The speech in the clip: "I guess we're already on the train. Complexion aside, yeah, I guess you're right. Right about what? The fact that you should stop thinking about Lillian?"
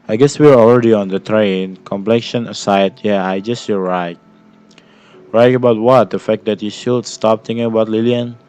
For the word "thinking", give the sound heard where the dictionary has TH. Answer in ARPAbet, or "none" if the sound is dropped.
T